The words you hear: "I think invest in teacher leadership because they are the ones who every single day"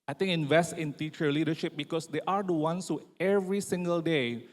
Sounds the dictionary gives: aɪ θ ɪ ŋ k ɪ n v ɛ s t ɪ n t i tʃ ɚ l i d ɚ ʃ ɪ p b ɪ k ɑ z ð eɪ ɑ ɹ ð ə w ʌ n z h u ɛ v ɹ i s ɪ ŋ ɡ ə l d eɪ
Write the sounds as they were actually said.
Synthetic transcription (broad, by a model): aɪ t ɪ ŋ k ɪ n v ɛ s t ɪ n t i tʃ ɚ l i d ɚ ʃ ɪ p b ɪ k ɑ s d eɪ ɑ ɹ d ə w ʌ n s h u ɛ v ɹ i s ɪ ŋ ɡ ə l d eɪ